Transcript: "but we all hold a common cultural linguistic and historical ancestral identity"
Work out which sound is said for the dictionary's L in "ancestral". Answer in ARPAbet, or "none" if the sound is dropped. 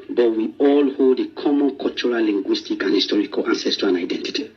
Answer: N